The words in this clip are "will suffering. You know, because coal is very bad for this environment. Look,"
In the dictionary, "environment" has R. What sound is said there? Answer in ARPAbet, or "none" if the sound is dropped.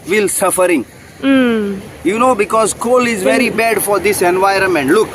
R